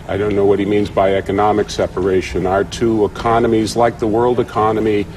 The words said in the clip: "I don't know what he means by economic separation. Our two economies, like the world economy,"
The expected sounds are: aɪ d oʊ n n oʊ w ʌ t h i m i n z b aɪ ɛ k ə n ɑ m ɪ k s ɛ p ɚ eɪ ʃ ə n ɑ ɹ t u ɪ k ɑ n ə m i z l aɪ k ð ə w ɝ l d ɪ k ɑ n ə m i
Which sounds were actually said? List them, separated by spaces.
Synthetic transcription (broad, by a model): aɪ d oʊ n n oʊ w ʌ t h i m i n z b aɪ ɛ k ə n ɑ m ɪ k s ɛ p ɚ eɪ ʃ ə n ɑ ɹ t u ɪ k ɑ n ə m i z l aɪ k ð ə w ɝ l d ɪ k ɑ n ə m i